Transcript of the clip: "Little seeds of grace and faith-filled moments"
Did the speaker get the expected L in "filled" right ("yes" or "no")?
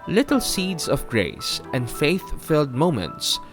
yes